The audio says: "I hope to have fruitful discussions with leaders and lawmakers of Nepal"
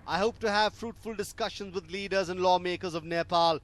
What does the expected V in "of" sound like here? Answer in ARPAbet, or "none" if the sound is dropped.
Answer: V